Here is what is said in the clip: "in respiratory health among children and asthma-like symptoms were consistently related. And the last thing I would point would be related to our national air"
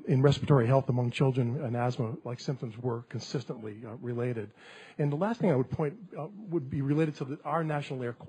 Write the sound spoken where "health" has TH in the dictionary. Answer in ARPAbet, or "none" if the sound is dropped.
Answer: TH